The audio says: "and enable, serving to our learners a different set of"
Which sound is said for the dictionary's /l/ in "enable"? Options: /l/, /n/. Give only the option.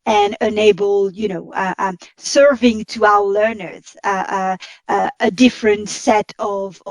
/n/